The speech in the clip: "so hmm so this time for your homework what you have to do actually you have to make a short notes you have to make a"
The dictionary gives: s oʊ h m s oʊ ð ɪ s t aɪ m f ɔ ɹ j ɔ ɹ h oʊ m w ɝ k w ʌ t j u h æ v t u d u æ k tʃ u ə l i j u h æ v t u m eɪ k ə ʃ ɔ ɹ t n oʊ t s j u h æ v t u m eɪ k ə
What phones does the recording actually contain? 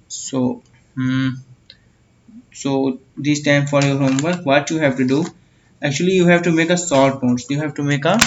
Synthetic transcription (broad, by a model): s oʊ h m s oʊ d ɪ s t aɪ m f ɔ ɹ j ɔ ɹ h oʊ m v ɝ k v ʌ t j u h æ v t u d u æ k tʃ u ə l i j u h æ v t u m eɪ k ə s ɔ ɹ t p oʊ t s j u h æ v t u m eɪ k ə